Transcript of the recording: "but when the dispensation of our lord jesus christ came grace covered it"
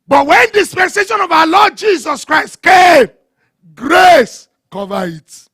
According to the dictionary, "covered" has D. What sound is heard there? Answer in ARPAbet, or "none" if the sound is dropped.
none